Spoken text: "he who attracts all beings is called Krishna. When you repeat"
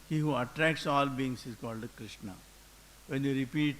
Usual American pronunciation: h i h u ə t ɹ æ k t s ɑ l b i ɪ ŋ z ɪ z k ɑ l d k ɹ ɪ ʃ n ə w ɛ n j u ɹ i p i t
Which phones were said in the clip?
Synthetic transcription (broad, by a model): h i h u ə t ɹ æ k t s ɑ l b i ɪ ŋ s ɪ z k ɑ l d k ɹ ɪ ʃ n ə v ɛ n j u ɹ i p i t